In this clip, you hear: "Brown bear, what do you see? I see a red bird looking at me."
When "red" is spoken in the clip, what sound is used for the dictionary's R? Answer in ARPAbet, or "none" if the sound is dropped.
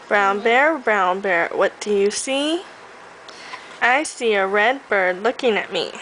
R